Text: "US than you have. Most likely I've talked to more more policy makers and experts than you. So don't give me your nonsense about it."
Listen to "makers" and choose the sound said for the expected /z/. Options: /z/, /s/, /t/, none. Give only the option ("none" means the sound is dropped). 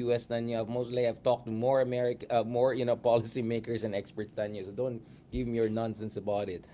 /s/